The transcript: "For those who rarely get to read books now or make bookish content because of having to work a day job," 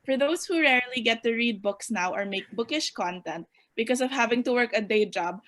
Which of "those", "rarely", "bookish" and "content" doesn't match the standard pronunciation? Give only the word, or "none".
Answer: those